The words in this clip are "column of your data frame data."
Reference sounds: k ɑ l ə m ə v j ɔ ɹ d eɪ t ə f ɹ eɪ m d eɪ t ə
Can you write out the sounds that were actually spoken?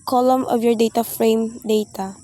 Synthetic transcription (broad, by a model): k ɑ l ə m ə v j ɔ ɹ d eɪ t ə f ɹ eɪ m d eɪ t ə